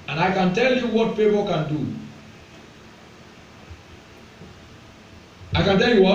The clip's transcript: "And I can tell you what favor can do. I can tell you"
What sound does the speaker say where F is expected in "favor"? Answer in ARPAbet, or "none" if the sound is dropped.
P